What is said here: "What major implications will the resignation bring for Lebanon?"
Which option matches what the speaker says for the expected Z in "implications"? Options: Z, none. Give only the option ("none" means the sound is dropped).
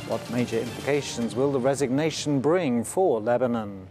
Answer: Z